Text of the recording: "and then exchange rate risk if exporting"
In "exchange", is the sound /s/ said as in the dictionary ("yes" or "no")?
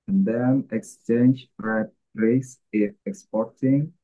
yes